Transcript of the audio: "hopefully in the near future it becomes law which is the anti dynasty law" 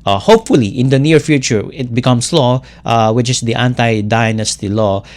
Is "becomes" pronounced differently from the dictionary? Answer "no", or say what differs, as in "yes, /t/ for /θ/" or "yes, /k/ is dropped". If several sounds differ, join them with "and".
yes, /s/ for /z/